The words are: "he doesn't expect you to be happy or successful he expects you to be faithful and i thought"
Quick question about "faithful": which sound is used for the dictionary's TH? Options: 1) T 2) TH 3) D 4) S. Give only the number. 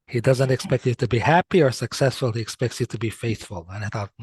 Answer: 2